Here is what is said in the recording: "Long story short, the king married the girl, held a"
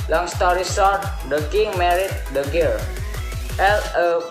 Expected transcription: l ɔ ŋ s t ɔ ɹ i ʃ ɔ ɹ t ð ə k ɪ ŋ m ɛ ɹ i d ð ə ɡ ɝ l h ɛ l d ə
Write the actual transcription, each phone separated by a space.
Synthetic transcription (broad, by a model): l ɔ ŋ s t ɔ ɹ i s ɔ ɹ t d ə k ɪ ŋ m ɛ ɹ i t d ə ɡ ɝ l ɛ l ə